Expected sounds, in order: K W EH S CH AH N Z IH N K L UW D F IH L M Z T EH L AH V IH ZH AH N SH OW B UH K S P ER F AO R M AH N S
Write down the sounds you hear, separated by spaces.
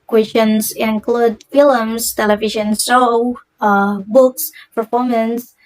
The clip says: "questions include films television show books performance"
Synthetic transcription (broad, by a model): K W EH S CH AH N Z IH N K L UW D F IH L M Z T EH L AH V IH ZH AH N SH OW B UH K S P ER F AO R M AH N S